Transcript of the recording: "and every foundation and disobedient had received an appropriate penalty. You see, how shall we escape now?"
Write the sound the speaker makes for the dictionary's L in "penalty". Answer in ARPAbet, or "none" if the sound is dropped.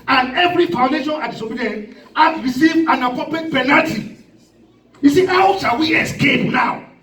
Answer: none